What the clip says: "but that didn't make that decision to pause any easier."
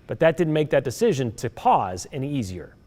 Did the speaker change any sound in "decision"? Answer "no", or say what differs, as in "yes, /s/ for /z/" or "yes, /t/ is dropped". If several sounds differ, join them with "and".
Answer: no